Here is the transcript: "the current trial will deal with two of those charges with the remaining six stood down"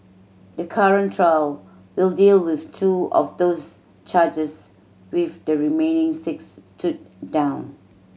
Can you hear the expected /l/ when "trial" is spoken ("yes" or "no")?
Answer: yes